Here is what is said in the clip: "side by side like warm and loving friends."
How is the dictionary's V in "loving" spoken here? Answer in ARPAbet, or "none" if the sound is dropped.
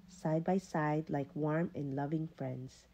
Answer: V